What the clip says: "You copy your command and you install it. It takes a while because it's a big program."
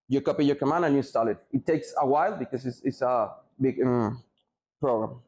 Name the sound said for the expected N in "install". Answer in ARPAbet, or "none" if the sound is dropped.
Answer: none